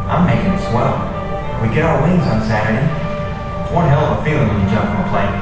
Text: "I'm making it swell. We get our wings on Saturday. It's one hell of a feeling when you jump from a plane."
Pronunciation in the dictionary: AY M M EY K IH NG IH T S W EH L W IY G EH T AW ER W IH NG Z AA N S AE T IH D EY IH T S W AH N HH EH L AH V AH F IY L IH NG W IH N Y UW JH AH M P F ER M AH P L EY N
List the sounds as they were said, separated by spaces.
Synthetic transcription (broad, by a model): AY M M EY K IH NG IH T S W EH L W IY G EH T AW ER W IH NG Z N S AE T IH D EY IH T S W AH N HH EH L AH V AH F IY L IH NG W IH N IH JH AH M P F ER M AH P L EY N